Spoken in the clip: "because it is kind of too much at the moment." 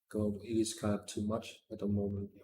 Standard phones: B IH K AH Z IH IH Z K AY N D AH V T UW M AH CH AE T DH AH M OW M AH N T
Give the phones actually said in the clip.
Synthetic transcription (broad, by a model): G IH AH IH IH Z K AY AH P T UW M AH CH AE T DH AH M OW M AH N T